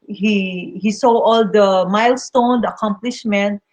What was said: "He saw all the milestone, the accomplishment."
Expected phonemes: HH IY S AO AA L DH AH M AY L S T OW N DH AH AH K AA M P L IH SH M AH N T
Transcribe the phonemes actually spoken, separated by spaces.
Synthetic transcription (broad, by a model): HH IY S AO AA L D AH M AY L S T OW N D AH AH K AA M P L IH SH M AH N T